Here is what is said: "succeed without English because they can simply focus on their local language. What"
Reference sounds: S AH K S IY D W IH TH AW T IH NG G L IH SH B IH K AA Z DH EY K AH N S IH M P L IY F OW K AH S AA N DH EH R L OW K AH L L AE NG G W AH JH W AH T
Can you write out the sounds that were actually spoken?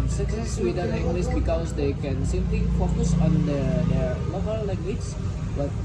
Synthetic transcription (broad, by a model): S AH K S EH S W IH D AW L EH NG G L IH S B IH K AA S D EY K AH N S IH M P L IY F OW K AH S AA N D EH R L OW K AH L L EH NG G W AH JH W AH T